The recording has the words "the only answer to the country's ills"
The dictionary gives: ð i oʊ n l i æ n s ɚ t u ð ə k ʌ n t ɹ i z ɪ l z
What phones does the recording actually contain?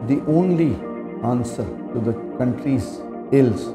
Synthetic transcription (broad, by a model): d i oʊ n l i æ n s ɚ t u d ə k ʌ n t ɹ i z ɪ l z